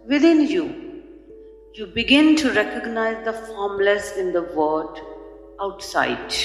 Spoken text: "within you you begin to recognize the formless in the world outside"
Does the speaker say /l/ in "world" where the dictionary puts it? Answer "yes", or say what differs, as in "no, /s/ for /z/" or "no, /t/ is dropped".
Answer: no, /l/ is dropped